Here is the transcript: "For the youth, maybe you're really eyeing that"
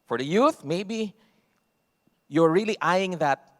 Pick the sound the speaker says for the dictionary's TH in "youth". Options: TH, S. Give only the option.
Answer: TH